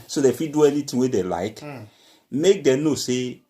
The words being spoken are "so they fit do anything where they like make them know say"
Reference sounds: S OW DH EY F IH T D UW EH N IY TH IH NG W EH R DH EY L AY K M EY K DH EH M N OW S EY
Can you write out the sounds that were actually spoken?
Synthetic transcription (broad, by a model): S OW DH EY F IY D UW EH N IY T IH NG W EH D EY L AY K M EY K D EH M N OW S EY